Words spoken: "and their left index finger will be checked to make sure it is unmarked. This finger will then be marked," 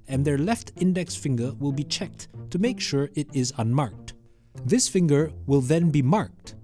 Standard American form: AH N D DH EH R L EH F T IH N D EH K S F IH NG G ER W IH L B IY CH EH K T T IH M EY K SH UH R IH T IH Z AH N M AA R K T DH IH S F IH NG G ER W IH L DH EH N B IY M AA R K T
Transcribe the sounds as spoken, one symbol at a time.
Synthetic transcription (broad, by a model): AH N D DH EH R L EH F T IH N D EH K S F IH NG G ER W IH L B IY CH EH K T T IH M EY K SH UH R IH T IH Z AH N M AA R K T DH IH S F IH NG G ER W IH L DH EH N B IY M AA R K T